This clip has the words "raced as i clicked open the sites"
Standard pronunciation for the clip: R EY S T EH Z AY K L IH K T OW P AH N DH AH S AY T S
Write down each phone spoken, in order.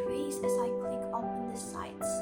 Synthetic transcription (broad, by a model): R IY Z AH Z AY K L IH K OW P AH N DH AH S AY T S